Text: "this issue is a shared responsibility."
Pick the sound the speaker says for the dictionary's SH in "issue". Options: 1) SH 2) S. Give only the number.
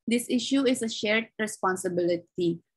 1